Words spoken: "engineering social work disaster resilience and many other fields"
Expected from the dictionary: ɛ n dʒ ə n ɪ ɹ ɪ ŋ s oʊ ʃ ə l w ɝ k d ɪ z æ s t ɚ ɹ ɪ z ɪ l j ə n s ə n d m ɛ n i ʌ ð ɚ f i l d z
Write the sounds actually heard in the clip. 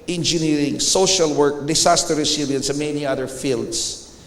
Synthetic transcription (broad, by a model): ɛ n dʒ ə n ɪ ɹ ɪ ŋ s oʊ ʃ ə l w ɝ k d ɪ s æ s t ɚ ɹ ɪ s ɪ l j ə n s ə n m ɛ n i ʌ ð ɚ f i l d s